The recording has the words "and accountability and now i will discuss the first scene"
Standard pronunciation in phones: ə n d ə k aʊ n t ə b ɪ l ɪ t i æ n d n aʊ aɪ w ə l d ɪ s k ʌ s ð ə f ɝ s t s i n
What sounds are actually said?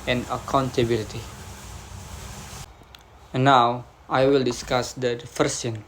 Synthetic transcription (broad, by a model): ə n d ə k aʊ n t ə b ɪ l ɪ t i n n aʊ aɪ w ə l d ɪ s k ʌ s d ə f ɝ t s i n